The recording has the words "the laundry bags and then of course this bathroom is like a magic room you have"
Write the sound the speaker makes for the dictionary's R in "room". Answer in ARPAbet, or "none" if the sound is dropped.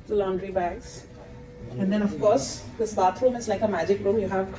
R